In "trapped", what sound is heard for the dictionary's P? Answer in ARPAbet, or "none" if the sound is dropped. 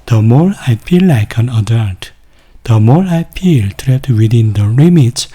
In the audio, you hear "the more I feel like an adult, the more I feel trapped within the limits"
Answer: none